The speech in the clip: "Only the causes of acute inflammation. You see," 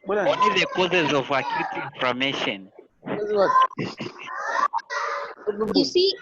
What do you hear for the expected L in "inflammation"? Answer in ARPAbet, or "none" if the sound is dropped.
none